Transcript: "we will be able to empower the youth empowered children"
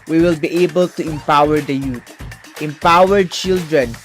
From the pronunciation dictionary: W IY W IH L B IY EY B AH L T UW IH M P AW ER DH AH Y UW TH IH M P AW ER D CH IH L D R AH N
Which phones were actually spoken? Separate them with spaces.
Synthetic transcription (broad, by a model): W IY W IH L B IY EY B AH L T UW IH M P AW ER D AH Y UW T IH M P AW ER D CH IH L D R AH N